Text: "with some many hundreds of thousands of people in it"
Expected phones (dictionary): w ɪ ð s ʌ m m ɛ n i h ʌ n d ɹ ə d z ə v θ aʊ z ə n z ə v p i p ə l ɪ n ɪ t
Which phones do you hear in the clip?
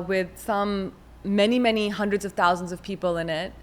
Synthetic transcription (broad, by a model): w ɪ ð s ʌ m m ɛ n i h ʌ n d ɹ ə d z ə v θ aʊ z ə n z ə v p i p l ɪ n ɪ t